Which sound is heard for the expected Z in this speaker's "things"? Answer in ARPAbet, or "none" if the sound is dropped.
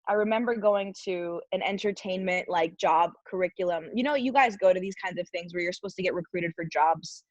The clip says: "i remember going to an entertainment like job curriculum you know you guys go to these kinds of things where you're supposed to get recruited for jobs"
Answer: Z